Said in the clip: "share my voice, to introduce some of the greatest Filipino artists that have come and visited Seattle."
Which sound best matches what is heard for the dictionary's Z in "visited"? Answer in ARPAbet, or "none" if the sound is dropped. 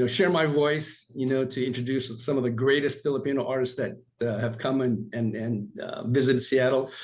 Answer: Z